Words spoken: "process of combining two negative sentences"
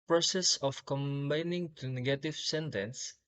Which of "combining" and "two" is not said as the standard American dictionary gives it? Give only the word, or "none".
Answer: none